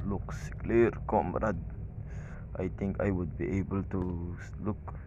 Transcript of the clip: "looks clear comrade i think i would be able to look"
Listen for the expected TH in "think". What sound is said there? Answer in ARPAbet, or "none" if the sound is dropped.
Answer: T